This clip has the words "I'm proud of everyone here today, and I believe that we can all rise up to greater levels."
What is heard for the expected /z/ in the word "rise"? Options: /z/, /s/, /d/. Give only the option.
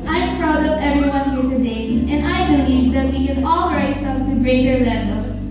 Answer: /s/